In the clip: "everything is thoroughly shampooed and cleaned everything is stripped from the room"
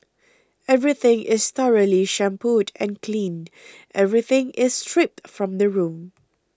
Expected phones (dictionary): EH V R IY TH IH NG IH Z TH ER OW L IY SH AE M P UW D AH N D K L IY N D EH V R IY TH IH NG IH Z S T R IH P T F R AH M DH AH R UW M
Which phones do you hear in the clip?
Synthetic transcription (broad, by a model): EH V R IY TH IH NG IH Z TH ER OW L IY SH AE M P UW D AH N K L IY N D EH V R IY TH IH NG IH S T R IH P T F R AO M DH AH R UW M